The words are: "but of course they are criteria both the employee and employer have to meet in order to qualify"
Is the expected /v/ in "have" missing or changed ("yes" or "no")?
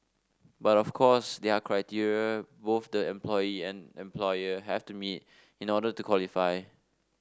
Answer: yes